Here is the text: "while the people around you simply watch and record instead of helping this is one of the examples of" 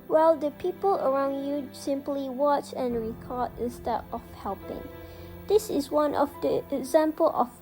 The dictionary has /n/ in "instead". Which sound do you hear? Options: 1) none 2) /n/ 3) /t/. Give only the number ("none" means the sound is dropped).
1